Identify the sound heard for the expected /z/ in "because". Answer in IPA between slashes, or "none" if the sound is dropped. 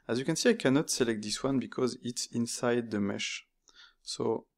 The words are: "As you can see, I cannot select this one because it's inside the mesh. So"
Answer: /z/